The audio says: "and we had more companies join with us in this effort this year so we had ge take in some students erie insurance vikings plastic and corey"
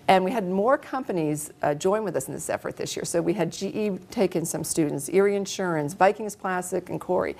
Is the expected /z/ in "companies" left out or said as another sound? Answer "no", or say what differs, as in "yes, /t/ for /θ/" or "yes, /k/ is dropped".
no